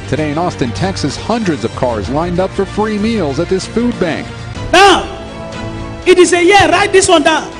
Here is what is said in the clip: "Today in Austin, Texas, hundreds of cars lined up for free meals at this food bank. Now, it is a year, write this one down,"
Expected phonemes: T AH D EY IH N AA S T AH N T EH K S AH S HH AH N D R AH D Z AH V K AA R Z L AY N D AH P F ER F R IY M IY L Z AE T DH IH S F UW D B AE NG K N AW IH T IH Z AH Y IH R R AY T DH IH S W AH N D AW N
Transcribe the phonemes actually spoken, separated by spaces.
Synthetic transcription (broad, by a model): T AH D EY IH N AA S T AH N T EH K S AH S HH AH N D R AH D Z AH V K AA R Z L AY N D AH P F ER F R IY M IY L Z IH T DH IH S F UW D B AE NG K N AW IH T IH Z AH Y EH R R AY T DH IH S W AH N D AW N